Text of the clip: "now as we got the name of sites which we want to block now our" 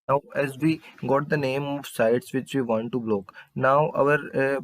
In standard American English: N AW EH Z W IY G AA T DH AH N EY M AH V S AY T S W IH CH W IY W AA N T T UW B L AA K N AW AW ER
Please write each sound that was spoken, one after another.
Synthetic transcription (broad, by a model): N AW EH Z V IY G AA T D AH N EY M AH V S AY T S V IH CH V IY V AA N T T UW B L AA K N AW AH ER